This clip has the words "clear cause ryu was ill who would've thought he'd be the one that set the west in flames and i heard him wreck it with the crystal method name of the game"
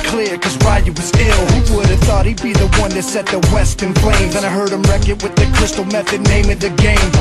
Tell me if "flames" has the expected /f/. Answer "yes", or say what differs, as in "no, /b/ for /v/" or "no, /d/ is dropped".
no, /p/ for /f/